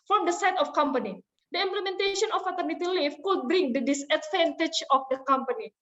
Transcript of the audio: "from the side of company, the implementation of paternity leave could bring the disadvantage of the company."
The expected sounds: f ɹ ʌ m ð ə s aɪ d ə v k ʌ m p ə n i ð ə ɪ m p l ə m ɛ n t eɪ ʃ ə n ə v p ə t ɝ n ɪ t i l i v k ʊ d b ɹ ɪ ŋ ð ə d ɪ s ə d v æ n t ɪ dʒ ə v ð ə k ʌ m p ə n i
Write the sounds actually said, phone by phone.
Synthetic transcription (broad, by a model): f ɹ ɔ m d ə s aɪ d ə f k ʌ m p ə n i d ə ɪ m p l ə m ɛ n t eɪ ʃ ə n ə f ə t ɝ n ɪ t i l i f k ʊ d b ɹ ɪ ŋ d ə d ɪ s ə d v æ n t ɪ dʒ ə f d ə k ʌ m p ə n i